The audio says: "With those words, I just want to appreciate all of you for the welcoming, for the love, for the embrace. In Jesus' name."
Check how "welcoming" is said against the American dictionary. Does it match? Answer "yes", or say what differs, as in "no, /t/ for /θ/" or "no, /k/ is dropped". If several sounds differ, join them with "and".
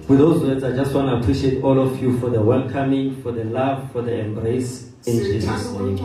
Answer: yes